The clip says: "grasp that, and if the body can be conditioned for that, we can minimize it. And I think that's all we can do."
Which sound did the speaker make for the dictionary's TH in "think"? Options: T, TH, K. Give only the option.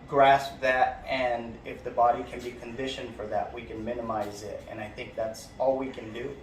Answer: TH